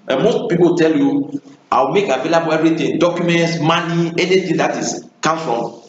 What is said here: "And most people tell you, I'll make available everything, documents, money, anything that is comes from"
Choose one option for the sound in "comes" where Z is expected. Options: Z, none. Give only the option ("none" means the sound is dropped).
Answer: none